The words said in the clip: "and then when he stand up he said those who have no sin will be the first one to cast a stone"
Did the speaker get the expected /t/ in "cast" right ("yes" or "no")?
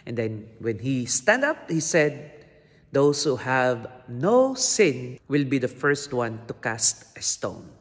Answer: yes